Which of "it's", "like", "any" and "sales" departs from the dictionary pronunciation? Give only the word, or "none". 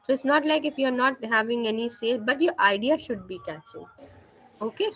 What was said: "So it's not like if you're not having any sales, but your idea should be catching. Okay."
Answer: sales